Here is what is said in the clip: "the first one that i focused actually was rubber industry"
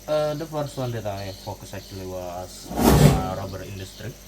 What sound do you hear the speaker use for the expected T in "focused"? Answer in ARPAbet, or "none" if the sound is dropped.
none